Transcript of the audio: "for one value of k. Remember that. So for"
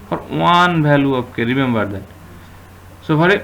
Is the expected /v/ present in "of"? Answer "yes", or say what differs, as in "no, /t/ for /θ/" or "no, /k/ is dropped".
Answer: no, /p/ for /v/